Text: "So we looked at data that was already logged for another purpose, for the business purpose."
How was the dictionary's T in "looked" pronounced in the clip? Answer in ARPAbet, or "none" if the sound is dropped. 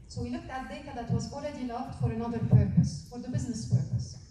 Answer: T